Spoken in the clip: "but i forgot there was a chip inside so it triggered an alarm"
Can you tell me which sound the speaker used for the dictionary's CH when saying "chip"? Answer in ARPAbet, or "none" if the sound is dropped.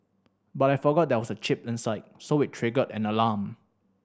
CH